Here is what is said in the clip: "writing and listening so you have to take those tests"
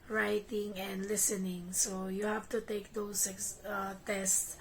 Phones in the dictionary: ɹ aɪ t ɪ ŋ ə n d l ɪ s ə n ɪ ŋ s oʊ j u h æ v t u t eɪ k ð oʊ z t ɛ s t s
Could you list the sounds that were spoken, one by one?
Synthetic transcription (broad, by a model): ɹ aɪ t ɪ ŋ ə n d l ɪ s ə n ɪ ŋ s oʊ j u h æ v t u t eɪ k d oʊ s t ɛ s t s